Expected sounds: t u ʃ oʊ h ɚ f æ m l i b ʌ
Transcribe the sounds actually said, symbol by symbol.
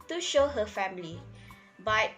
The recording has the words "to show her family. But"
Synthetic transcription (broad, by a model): t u ʃ oʊ h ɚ f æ m l i b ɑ